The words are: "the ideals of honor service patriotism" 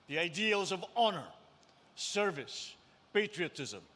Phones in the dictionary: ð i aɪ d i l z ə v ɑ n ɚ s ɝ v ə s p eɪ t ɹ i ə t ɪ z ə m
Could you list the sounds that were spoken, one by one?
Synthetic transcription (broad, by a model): ð i aɪ d i l z ə v ɑ n ɚ s ɝ v ə s p eɪ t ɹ i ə t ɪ z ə m